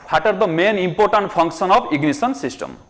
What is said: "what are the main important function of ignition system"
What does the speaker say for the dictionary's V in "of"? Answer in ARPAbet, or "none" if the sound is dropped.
P